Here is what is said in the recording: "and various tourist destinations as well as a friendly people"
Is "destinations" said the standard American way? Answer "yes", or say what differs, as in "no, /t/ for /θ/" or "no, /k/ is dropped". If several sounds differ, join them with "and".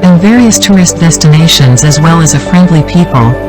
yes